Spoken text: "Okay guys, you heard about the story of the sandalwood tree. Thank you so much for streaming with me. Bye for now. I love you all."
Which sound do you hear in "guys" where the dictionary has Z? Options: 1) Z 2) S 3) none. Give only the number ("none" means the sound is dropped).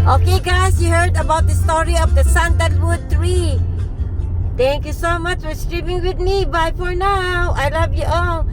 2